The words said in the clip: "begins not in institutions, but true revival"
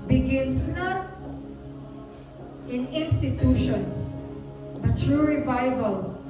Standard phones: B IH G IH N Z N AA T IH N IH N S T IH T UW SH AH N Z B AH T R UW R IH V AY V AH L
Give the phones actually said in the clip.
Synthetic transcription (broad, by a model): B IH G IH N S N AA T IH N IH N S T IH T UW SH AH N S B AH T R UW R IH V AY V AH L